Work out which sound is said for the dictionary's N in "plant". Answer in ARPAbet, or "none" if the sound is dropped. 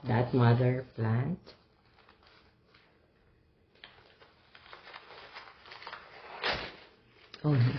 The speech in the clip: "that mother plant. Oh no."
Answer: N